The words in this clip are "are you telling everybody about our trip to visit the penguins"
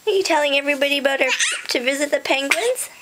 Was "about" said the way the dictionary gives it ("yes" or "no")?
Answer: no